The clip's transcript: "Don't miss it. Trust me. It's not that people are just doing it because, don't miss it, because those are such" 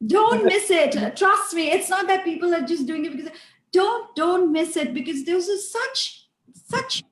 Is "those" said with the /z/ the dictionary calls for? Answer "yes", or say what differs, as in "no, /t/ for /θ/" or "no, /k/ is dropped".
no, /s/ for /z/